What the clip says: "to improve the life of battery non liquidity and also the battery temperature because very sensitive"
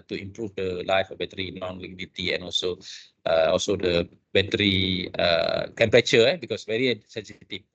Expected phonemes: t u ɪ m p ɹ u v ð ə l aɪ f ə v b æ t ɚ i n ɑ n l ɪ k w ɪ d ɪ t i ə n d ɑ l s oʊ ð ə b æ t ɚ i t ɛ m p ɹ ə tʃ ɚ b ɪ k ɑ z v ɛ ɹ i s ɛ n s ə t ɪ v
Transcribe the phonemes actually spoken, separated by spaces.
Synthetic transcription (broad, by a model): t u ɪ m p ɹ u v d ə l aɪ f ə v b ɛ t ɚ i n ɑ n l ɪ k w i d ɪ t i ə n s ɑ l s oʊ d ə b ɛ t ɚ i t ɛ m p ɹ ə tʃ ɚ b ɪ k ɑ s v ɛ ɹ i s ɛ n s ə t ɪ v